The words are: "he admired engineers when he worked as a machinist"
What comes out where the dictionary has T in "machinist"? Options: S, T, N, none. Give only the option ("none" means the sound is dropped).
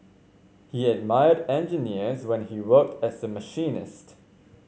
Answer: T